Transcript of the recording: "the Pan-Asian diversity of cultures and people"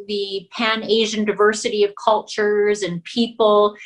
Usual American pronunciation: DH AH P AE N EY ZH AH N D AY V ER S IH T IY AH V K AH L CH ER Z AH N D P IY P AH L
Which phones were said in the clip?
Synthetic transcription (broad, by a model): DH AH P AE N EY ZH AH N D AY V ER S IH T IY AH V K AH L CH ER Z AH N P IY P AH L